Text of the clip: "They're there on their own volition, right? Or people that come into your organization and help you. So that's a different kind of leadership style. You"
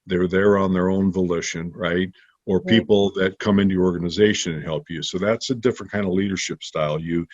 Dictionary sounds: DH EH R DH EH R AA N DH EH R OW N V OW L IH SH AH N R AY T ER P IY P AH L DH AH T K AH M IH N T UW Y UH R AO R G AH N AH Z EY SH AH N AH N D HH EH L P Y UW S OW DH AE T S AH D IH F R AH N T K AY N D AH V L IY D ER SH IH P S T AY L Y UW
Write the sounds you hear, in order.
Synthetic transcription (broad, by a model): DH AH R DH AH R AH N DH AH R OW N V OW L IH SH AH N R AY T ER P IY P L DH AH T K AH M IH N T UW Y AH R AO R G AH N AH Z EY SH AH N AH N HH EH L P Y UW S OW DH AE T S AH D IH F R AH N K AY N D AH V L IY D ER SH IH P S T AY L Y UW